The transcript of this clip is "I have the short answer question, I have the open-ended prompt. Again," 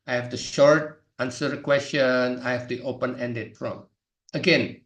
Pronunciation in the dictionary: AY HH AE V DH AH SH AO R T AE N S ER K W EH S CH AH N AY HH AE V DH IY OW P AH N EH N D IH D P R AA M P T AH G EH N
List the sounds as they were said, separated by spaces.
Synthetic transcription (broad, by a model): AY HH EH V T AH SH AO R T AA N S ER K W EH S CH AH N AY HH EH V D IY OW P AH N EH N D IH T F R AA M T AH G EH N